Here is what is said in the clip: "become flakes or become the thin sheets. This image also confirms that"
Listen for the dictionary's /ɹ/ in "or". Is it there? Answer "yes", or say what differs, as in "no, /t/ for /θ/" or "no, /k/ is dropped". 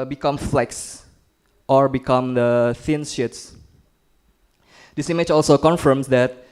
yes